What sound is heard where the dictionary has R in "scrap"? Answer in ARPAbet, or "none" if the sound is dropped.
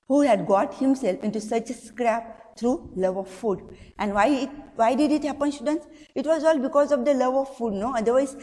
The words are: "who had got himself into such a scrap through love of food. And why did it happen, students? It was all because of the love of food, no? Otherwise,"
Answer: R